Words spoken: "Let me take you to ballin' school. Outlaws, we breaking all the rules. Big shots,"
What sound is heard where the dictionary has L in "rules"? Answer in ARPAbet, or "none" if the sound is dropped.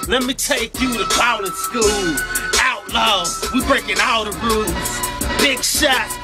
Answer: none